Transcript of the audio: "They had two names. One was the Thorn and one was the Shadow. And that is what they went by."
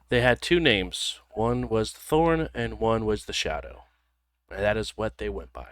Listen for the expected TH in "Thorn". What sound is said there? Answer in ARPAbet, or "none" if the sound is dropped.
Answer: TH